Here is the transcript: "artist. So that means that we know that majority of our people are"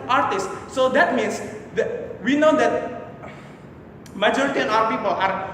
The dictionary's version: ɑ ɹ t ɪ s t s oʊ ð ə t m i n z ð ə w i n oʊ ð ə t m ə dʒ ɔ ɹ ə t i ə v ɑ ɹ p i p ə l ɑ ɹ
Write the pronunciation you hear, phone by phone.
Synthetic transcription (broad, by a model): ɑ ɹ t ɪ s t s oʊ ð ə t m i n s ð w i n oʊ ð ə t m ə dʒ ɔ ɹ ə t i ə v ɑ w p i p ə l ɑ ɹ